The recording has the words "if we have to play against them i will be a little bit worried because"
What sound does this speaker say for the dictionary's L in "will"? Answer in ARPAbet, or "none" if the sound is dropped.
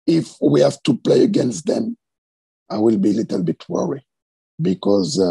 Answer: L